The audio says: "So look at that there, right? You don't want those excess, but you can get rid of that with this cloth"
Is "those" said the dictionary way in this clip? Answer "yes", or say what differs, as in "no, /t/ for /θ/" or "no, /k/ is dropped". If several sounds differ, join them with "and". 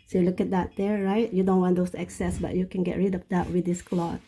no, /s/ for /z/